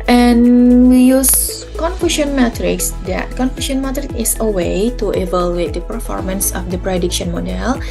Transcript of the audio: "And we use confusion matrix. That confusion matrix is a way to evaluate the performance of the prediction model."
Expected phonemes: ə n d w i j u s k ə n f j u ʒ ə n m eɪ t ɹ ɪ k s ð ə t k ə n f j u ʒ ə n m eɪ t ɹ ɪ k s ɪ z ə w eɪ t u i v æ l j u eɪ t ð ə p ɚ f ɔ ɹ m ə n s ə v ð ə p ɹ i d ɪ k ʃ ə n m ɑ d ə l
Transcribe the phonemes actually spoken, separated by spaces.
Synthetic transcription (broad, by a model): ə n w i j u s k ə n f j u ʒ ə n m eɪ t ɹ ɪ k s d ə t k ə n f j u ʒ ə n m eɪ t ɹ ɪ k ɪ s ə w eɪ t u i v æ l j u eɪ t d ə p ɚ f ɔ ɹ m ə n s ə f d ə p ɹ i d ɪ k ʃ ə n m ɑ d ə l